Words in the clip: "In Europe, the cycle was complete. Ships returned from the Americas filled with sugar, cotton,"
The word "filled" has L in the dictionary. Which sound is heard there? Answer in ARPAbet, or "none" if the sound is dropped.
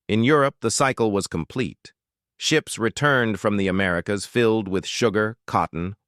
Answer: L